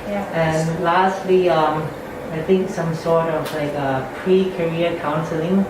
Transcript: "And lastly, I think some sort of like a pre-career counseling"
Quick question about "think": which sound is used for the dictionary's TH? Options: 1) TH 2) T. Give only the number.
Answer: 1